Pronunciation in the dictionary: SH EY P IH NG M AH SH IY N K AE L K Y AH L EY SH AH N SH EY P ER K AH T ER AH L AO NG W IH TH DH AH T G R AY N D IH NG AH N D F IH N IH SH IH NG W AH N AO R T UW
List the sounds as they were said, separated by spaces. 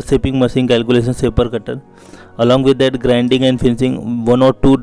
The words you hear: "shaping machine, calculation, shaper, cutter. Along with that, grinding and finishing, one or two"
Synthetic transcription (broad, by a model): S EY P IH NG M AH S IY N K AE L K Y AH L EY SH AH N S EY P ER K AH T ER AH L AO NG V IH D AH T G R AY N D IH NG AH N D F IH N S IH NG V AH N AO R T UW